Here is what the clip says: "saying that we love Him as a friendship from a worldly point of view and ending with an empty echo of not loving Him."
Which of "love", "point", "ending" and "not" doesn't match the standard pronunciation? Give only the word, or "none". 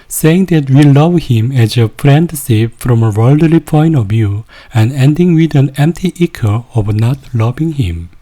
point